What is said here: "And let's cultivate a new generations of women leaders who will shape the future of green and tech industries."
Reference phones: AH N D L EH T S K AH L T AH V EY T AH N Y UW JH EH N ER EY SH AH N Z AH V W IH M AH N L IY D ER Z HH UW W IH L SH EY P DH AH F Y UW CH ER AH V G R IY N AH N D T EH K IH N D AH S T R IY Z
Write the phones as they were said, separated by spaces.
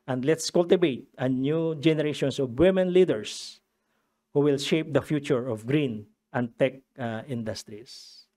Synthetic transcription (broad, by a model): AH N D L EH T S K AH L T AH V EY T AH N Y UW JH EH N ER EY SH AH N S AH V W IH M AH N L IY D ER S HH UW W IH L SH EY P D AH F Y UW CH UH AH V G R IY N AH N D T EH K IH N D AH S T R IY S